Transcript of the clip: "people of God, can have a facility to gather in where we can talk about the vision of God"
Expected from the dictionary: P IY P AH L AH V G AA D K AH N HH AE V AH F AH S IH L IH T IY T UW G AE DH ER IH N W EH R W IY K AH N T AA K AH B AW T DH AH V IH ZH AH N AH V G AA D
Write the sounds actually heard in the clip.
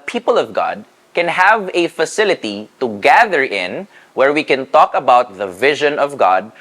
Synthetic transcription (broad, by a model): P IY P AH L AH V G AA D K AH N HH AE V AH F AH S IH L IH T IY T UW G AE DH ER IH N W EH R W IY K AH N T AA K AH B AW T DH AH V IH ZH AH N AH V G AA D